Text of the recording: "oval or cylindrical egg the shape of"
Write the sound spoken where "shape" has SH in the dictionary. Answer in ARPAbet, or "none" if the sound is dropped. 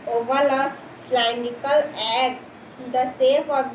S